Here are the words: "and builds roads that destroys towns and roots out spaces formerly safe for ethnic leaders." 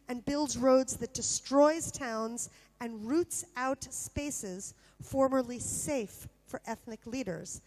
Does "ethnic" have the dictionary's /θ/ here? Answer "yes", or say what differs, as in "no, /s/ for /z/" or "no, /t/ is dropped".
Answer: yes